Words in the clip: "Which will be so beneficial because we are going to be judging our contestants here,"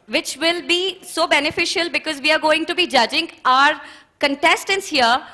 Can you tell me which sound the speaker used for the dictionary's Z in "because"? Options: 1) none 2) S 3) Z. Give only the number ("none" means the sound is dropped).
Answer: 3